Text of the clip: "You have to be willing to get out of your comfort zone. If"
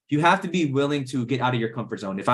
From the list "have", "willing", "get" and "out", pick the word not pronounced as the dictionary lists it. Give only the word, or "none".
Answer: have